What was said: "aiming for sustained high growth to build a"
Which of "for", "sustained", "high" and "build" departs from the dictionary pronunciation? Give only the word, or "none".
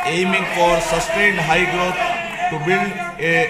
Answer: build